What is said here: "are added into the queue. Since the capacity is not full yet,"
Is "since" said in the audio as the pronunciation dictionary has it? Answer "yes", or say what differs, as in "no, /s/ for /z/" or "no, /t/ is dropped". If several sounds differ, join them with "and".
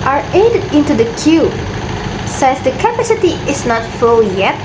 no, /n/ is dropped